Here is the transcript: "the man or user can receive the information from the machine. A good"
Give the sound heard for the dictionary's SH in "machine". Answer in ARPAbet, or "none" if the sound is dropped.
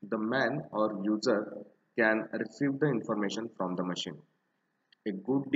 SH